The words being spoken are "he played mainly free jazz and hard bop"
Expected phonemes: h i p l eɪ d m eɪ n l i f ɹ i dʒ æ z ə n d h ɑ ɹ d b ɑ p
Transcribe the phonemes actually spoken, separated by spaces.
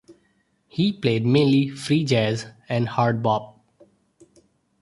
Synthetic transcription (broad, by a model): h i p l eɪ d m eɪ n l i f ɹ i dʒ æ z ə n d h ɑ ɹ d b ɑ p